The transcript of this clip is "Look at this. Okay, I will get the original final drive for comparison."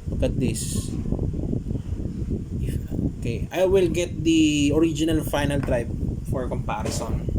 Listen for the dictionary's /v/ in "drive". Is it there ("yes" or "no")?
no